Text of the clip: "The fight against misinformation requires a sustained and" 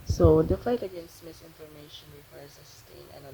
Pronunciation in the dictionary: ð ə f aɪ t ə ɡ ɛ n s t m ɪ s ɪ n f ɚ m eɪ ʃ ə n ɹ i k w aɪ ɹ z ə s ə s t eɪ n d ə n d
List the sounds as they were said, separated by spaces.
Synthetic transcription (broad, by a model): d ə f aɪ t ə ɡ ɛ n s t m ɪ s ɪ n f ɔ m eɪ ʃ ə n ɹ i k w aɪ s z ə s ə s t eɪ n ə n